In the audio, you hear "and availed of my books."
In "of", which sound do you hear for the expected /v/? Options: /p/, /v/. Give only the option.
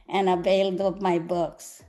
/p/